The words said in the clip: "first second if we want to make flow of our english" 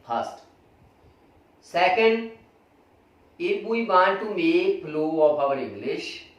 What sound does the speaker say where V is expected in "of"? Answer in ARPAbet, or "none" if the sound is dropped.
P